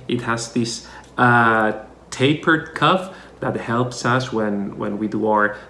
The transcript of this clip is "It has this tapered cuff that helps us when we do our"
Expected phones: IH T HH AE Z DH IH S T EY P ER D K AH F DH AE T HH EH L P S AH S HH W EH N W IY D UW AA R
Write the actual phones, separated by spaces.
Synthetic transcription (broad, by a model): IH T HH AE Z DH IH S T EY P ER D K AH F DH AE T HH EH L P S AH S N W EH N W IY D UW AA R